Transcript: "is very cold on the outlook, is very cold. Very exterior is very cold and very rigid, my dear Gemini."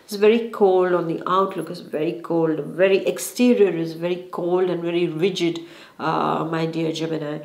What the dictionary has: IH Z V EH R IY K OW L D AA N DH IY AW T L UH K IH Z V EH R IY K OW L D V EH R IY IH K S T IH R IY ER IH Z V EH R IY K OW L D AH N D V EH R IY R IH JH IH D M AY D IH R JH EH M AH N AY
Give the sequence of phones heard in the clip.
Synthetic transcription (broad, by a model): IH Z V EH R IY K OW L D AA N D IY AW T L UH K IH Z V EH R IY K OW L D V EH R IY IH K S T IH R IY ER IH Z V EH R IY K OW L D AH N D V EH R IY R IH JH IH D M AY D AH R JH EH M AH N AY